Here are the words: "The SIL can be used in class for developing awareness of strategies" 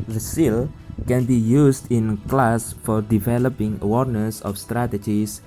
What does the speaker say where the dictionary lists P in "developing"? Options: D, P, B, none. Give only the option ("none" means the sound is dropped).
P